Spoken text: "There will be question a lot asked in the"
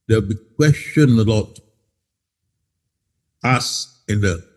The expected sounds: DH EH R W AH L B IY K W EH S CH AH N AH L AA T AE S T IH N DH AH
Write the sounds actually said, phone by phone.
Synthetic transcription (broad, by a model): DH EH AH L B IY K W EH S CH AH N AH L AA T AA S IH N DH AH